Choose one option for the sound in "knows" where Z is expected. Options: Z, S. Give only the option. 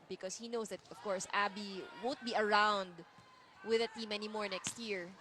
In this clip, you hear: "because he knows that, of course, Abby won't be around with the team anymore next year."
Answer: S